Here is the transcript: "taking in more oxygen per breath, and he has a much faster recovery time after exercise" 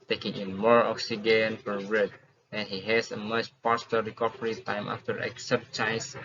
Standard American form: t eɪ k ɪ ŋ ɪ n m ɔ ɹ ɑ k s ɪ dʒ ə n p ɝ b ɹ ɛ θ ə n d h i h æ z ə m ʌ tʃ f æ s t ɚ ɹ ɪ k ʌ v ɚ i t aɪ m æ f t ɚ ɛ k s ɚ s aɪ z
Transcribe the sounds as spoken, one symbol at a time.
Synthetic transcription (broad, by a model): t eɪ k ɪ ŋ ɪ n m ɔ ɹ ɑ k s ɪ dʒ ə n f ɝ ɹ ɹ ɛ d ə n h i h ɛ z ə m ʌ tʃ p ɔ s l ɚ ɹ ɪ k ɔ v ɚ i t aɪ m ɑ f t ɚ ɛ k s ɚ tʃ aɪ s